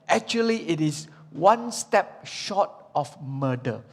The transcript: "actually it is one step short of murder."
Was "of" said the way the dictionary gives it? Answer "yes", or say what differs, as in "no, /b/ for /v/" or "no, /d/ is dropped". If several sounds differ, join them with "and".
no, /f/ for /v/